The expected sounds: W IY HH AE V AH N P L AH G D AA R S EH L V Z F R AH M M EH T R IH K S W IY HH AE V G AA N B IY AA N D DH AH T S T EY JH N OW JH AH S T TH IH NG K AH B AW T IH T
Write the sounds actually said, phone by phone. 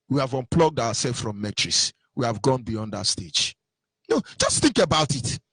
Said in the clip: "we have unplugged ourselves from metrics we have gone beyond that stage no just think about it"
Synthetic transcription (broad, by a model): W IY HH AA V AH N P L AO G D AA W S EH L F F R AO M M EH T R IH S W IY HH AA V G AA N B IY AA N D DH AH T S T EY JH N OW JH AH S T TH IH NG K AH B AW T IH T